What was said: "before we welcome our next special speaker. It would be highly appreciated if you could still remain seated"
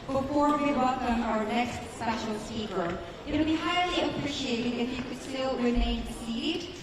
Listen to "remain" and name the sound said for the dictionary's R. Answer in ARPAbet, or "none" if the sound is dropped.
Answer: W